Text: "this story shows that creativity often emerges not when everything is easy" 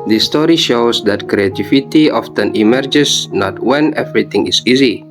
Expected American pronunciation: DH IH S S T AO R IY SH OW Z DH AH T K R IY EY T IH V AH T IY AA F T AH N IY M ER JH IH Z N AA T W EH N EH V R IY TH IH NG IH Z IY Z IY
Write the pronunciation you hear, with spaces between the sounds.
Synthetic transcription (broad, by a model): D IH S S T AO R IY SH OW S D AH T K R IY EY T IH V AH T IY AA F T AH N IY M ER JH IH S N AA T W EH N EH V R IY T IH NG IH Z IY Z IY